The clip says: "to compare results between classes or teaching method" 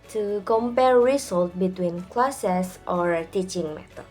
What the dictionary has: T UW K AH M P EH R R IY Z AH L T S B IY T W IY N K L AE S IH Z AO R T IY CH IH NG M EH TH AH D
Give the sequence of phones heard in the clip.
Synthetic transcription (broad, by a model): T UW K AH M P EH R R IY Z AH L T B IY T W IY N K L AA S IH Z AO R T IY CH IH NG M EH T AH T